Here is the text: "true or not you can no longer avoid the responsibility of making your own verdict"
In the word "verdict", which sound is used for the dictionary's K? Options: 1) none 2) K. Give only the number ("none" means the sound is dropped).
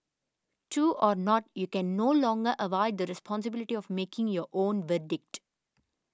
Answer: 2